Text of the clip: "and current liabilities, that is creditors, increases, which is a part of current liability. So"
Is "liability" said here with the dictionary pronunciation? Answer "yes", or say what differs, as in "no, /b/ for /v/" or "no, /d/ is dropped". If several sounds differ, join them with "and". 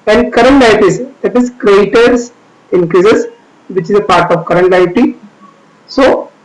no, /b/ is dropped